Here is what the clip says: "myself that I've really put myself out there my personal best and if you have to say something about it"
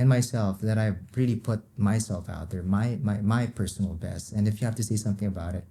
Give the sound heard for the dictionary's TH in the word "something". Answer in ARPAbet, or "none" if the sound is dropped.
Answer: TH